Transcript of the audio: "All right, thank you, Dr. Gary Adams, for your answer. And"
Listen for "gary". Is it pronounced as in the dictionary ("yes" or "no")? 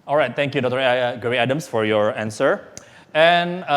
no